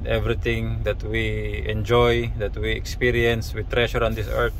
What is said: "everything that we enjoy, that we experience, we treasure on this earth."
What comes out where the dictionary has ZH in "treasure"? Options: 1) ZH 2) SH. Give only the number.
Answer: 2